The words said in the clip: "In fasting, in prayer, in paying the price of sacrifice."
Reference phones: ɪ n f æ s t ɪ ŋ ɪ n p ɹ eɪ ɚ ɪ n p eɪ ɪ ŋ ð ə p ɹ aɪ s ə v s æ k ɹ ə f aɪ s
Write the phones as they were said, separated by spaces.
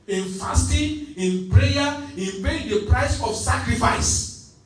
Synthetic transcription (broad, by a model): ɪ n f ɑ s t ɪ ɪ n p ɹ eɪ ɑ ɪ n b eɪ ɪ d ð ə p ɹ aɪ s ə f s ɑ k ɹ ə f aɪ s